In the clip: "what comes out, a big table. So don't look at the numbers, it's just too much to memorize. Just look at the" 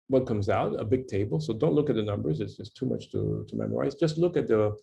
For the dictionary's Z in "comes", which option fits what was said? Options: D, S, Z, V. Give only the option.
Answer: Z